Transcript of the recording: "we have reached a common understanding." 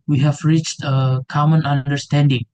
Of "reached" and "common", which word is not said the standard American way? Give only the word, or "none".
none